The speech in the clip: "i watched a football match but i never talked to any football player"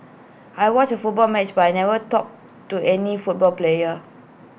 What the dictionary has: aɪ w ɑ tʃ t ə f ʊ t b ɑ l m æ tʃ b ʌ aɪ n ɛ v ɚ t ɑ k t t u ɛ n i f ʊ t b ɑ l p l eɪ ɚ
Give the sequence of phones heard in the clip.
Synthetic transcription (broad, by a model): aɪ w ɑ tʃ ə f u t b ɑ l m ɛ tʃ b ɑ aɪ n ɛ v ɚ t ɑ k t t u ɛ n i f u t b ɑ l p l eɪ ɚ